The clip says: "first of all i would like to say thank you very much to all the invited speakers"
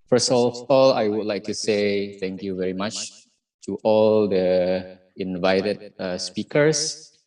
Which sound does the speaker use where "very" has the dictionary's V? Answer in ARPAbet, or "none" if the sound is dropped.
V